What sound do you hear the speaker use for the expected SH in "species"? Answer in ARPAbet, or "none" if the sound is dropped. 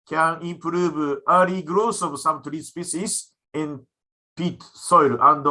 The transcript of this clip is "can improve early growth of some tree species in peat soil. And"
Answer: S